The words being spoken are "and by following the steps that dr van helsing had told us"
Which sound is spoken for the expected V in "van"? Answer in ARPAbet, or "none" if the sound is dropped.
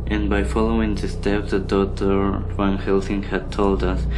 W